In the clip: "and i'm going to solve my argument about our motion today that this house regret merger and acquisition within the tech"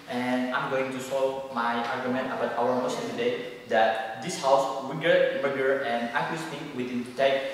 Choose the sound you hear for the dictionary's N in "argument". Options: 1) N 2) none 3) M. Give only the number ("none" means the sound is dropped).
1